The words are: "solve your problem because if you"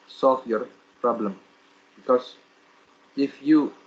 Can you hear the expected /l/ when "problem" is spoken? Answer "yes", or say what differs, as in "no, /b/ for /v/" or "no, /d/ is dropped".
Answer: yes